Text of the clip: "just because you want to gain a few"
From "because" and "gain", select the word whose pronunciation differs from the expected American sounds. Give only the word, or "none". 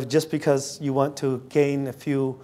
none